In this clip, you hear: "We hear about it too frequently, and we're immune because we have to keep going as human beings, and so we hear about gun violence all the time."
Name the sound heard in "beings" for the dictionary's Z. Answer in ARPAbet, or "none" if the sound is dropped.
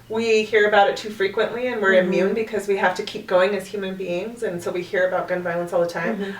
Z